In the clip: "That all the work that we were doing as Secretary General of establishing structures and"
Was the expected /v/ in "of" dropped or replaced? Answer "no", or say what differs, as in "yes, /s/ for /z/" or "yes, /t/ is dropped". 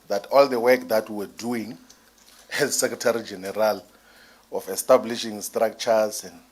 yes, /f/ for /v/